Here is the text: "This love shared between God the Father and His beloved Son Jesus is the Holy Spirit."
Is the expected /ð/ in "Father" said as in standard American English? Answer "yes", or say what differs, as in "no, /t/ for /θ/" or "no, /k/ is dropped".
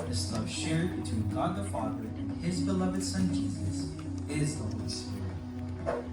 yes